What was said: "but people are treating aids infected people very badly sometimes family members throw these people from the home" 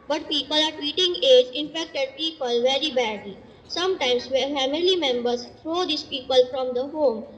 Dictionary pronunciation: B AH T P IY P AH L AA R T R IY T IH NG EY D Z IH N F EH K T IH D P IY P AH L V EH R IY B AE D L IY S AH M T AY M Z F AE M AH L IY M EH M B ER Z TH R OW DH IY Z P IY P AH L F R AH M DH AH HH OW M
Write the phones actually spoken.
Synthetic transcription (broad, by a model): B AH T P IY P AH L AA R T W IY T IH NG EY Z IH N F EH K T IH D P IY P AH L V EH R IY B AE D L IY S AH M T AY M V F AE M AH L IY M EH M B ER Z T R OW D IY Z P IY P AH L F R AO M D AH HH OW M